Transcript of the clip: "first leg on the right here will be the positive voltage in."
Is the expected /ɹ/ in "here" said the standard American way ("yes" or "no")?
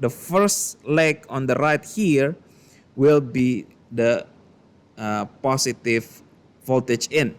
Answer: yes